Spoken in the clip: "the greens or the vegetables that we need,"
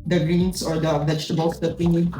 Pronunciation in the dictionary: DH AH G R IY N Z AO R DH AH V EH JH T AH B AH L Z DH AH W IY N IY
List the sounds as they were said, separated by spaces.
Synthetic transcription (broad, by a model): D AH G R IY N S AO R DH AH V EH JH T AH B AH L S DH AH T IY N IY